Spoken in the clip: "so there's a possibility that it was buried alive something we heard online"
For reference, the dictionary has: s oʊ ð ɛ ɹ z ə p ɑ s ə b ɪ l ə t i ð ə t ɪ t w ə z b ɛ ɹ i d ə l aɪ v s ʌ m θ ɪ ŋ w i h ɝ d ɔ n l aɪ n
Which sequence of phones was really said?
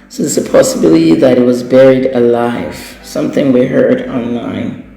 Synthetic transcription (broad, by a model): s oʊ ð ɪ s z ə p ɑ s ə b ɪ l ə t i ð ə t ɪ t w ə z b ɛ ɹ i d ə l aɪ v s ʌ m θ ɪ ŋ w i h ɝ d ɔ n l aɪ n